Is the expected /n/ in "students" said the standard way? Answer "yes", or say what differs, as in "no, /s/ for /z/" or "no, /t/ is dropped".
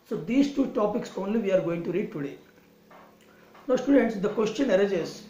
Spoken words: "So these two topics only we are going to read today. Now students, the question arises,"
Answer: yes